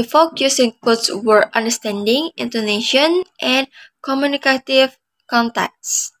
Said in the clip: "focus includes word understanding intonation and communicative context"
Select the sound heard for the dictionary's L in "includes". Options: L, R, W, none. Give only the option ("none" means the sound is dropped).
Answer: none